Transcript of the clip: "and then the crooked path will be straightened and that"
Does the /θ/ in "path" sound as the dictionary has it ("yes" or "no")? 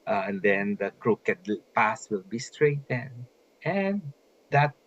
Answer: no